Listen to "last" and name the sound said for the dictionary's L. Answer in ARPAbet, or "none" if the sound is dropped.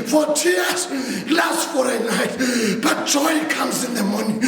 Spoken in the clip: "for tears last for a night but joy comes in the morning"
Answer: L